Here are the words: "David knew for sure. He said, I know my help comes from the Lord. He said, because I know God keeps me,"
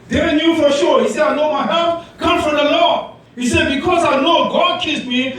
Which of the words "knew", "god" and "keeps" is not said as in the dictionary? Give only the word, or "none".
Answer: keeps